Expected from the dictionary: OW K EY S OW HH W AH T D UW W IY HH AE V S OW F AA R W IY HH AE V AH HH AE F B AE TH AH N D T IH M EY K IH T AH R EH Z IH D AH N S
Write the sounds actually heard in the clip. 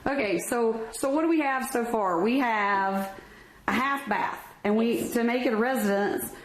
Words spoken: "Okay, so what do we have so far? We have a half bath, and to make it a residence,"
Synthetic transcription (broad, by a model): OW K EY S OW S W AH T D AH W IY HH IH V S OW F AA R W IY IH V AH HH AE F B AE TH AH N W T IH M EY K IH T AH R EH Z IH D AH N S